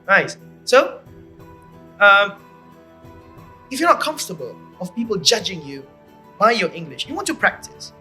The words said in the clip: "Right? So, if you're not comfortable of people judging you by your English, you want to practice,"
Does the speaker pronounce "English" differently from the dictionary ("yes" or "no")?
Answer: no